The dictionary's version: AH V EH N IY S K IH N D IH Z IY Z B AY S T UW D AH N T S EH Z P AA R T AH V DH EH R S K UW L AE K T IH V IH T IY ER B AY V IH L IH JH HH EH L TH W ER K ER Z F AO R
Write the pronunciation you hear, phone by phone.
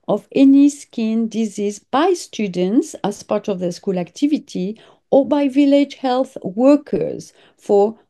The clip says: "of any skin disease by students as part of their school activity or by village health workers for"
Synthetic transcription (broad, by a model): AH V EH N IY S K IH N D IH Z IY Z B AY S T UW D AH N T S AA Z P AA R T AH V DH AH S K UW L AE K T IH V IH T IY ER B AY V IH L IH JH HH EH L TH W ER K ER Z F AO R